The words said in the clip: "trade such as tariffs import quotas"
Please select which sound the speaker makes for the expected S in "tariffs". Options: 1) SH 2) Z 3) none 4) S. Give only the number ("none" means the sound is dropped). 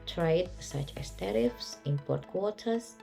4